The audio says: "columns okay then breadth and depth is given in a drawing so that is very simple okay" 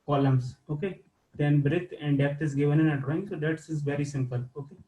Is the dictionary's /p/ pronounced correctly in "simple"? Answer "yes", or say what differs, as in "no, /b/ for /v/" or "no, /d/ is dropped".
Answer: yes